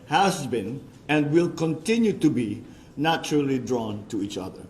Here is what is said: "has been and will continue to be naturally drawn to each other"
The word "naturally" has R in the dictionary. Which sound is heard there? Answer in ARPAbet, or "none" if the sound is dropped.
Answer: R